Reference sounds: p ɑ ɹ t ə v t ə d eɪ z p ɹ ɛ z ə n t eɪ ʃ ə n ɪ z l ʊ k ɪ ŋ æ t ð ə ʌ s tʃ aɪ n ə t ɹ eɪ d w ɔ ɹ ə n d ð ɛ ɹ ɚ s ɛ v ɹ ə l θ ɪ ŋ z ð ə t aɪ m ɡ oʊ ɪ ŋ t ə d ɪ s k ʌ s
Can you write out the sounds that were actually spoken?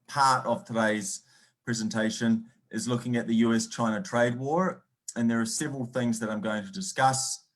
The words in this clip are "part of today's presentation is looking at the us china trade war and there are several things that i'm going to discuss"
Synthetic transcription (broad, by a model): p ɑ ɹ t ə v t ə d eɪ z p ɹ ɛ z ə n t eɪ ʃ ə n ɪ z l ʊ k ɪ ŋ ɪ t ð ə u s tʃ aɪ n ə t ɹ eɪ d w ɔ ɹ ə n ð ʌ ɹ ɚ s ɛ v ɹ ə l θ ɪ ŋ z ð ə t aɪ m ɡ oʊ ɪ ŋ t ə d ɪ s k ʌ s